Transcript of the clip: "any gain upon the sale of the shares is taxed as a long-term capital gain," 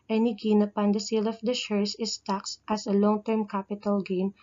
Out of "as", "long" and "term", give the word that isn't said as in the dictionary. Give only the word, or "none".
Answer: as